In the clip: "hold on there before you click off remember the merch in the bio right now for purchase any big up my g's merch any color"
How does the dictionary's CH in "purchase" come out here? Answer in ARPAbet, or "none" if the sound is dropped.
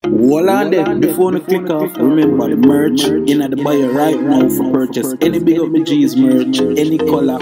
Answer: CH